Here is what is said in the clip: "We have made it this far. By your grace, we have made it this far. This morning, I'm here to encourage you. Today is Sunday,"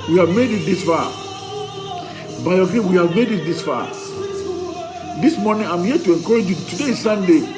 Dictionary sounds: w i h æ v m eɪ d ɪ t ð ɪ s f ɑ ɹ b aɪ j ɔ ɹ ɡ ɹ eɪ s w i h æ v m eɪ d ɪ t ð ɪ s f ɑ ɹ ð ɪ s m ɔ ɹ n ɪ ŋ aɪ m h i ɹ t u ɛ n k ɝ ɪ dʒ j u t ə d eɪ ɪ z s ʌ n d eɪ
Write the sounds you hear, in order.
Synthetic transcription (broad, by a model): w i h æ v m eɪ d ɪ t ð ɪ s f ɑ b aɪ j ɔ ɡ eɪ w i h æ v m eɪ d ɪ t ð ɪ s f ɑ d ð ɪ s m ɔ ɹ n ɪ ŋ aɪ m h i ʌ t u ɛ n k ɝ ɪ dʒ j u t ə d eɪ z s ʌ n d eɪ